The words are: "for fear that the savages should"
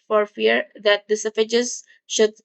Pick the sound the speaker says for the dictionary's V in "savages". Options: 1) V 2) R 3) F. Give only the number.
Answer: 3